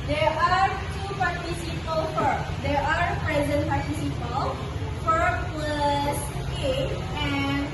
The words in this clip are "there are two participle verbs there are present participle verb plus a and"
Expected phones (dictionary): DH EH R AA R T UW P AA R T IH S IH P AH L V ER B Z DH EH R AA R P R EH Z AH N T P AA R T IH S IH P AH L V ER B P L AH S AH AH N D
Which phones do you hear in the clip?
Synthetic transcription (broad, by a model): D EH R AA R T UW P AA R T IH S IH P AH L F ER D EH R AA R P R EH Z AH N T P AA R T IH S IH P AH L F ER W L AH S AH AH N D